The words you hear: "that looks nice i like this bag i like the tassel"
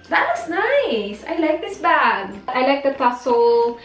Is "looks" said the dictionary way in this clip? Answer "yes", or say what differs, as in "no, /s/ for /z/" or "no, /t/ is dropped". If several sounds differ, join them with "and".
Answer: no, /w/ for /l/ and /k/ is dropped